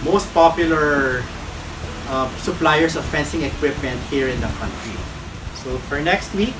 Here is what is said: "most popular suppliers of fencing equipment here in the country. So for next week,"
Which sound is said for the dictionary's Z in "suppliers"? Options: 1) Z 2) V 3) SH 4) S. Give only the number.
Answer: 4